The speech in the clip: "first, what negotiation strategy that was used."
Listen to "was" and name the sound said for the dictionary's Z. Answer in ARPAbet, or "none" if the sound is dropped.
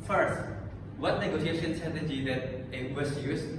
S